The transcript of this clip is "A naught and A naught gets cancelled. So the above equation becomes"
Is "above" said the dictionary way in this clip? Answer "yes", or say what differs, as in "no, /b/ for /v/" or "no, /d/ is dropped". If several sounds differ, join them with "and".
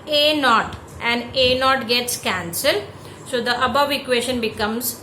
yes